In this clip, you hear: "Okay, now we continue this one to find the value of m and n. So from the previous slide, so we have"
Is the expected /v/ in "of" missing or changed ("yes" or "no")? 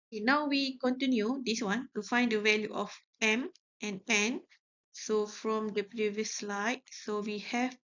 yes